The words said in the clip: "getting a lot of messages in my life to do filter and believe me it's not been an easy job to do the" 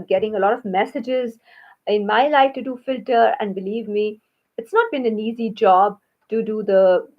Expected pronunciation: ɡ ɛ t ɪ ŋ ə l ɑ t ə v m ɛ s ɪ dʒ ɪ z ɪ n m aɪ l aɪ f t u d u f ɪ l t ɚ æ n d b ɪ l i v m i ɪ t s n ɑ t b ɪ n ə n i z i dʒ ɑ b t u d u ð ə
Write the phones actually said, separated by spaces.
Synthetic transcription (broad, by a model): ɡ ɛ t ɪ ŋ ə l ɑ t ə v m ɛ s ɪ dʒ ɪ z ɪ n m aɪ l aɪ f t u d u f ɪ l t ɚ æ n d b ɪ l i v m i ɪ t s n ɑ t b ɪ n ə n i z i dʒ ɑ b t u d u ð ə